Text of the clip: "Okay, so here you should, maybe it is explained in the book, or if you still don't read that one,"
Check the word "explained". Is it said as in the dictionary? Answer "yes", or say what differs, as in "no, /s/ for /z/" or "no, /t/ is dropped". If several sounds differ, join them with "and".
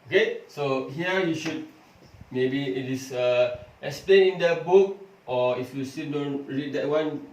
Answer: no, /d/ is dropped